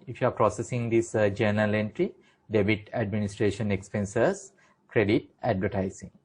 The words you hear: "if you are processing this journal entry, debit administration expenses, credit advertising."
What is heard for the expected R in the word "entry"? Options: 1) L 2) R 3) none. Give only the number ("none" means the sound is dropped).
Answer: 2